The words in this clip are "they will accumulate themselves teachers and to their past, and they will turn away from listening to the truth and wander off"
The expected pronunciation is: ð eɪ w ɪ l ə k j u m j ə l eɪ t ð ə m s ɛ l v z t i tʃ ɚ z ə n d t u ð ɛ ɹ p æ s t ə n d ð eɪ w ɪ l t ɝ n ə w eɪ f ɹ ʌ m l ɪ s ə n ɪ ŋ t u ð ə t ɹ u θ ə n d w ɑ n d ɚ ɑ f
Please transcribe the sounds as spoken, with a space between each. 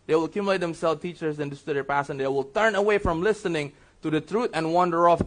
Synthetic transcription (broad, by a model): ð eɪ w ɪ l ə k j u m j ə l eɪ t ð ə m s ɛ l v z t i tʃ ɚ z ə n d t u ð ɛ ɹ p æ s ə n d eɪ w ɪ l t ɝ n ə w eɪ f ɹ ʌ m l ɪ s ə n ɪ ŋ t u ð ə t ɹ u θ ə n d w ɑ n d ɚ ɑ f